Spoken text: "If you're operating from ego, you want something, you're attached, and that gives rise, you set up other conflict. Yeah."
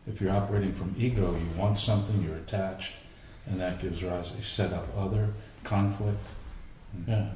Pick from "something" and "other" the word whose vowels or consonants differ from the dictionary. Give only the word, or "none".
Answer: none